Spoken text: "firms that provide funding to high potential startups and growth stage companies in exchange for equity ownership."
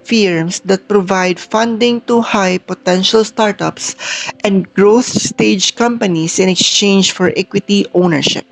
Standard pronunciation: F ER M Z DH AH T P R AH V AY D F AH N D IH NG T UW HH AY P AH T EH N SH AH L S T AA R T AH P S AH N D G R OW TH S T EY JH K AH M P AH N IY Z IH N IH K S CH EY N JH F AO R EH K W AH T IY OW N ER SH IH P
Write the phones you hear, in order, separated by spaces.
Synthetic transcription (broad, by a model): F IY M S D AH T P R AH V AY D F AH N D IH NG T UW HH AY P AH T EH N SH AH L S T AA R T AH P S AH N D G R OW TH S T EY JH K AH M P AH N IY S IH N IH K S CH EY N JH F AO R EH K W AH T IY OW N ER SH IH P